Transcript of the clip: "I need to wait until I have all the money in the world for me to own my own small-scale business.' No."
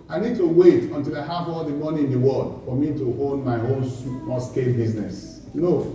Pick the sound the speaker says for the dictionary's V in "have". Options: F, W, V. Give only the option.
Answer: F